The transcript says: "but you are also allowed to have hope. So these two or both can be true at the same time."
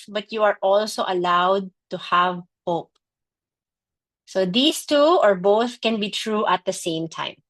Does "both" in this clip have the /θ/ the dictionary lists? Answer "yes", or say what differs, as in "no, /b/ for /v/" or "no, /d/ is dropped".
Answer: yes